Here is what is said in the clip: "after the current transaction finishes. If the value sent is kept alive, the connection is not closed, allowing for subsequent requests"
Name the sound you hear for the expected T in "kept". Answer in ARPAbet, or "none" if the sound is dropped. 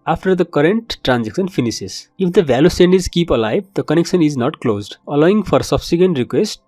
none